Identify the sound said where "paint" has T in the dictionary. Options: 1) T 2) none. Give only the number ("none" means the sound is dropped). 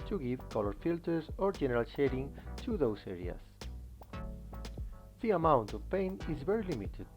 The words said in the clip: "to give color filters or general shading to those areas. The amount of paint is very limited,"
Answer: 2